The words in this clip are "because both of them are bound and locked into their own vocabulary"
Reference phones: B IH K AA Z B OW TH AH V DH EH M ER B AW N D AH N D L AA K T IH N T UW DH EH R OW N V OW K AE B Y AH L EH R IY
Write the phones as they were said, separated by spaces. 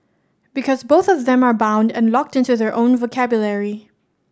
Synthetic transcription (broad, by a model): B IH K AA Z B OW TH AH V DH EH M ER B AW N D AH N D L AA K T IH N T UW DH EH R OW N V OW K AE B Y AH L EH R IY